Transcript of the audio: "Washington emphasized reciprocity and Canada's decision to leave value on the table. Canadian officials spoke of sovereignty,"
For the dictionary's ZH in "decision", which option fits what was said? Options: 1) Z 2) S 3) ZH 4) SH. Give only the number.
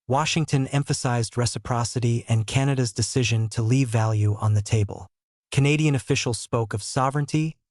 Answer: 3